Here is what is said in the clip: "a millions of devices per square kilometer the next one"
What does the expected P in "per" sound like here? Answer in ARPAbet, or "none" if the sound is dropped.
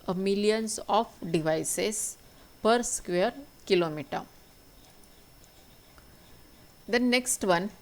P